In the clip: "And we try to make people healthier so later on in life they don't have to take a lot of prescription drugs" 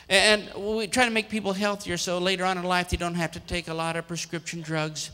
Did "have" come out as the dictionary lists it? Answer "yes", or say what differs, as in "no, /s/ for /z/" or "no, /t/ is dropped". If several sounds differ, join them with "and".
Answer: no, /f/ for /v/